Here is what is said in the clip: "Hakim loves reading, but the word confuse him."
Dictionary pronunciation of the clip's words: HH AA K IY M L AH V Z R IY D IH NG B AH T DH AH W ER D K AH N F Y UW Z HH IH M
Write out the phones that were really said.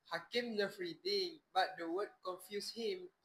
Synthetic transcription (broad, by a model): HH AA K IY M N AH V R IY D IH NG B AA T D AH W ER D K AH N F Y UW S HH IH M